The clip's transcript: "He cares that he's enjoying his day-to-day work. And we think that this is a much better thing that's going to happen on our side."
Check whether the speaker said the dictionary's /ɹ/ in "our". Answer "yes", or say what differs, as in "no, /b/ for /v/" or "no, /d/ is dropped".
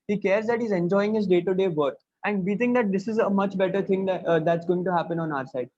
yes